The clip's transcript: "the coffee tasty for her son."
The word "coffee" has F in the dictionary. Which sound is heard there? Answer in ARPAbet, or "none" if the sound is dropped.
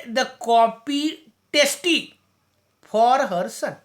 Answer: P